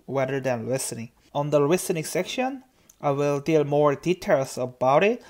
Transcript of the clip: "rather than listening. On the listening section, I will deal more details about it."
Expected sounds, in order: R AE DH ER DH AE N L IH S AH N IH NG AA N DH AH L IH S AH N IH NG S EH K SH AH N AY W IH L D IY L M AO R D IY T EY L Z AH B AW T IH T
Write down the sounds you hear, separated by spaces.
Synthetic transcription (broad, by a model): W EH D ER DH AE N L IH S AH N IH NG AA N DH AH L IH S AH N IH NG S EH K SH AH N AY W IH L D IY L M AO R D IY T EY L S AH B AW T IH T